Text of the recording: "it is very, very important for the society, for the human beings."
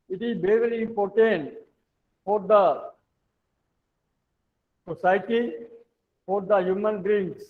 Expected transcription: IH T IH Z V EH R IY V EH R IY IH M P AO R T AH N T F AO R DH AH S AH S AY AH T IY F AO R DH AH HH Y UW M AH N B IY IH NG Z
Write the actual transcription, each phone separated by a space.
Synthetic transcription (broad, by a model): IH T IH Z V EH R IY V EH R IY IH P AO R T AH N F AO R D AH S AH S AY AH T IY F AO R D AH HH Y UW M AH N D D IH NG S